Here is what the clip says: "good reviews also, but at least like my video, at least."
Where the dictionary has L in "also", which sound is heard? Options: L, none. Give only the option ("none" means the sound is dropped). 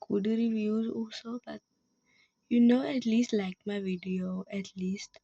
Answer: L